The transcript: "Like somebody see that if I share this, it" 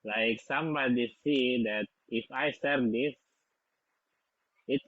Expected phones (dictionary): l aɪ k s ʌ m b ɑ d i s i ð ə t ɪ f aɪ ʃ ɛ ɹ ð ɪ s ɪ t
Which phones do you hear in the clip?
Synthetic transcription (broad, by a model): l aɪ k s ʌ m b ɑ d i s i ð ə t ɪ f aɪ s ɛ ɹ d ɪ s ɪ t